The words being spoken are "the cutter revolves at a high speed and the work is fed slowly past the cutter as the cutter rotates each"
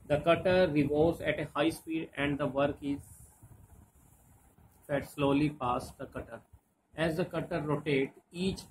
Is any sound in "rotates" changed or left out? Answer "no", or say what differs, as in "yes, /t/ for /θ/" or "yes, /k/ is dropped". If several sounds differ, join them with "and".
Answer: yes, /s/ is dropped